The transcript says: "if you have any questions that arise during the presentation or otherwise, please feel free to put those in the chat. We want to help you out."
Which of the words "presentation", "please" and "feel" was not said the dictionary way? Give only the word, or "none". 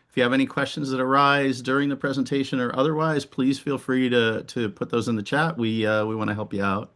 none